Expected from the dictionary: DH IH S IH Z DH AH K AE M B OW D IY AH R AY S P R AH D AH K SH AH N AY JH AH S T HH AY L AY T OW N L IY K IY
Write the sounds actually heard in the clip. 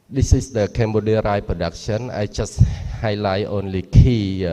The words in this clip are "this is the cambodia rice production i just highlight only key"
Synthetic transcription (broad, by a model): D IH S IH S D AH K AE M B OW D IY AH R AY P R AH D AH K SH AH N AY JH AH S HH AY L AY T OW N L IY K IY